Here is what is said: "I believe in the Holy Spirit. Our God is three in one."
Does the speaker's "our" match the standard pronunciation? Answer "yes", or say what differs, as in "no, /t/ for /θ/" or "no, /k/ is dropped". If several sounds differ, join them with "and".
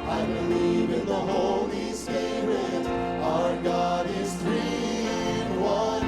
yes